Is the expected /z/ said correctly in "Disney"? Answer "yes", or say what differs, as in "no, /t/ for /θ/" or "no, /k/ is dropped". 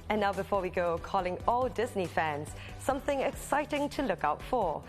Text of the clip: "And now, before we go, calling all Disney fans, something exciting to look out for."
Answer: yes